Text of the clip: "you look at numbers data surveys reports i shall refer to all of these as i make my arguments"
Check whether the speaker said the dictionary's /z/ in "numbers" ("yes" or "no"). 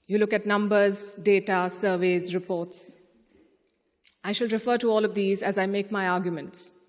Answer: yes